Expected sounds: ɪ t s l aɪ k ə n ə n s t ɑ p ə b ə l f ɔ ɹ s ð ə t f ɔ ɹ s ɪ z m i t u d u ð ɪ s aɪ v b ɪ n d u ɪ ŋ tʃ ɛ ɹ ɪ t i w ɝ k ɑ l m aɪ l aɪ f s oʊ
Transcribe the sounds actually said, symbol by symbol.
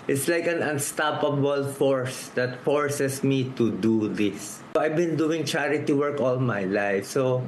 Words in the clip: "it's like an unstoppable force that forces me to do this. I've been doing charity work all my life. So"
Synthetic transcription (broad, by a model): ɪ t s l aɪ k ə n ə n s t ɑ p ə b ə l f ɔ ɹ s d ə t f ɔ ɹ s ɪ s m i t u d u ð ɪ s aɪ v b ɪ n d u ɪ ŋ tʃ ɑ ɹ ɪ t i w ɝ k ɑ l m aɪ l aɪ f s oʊ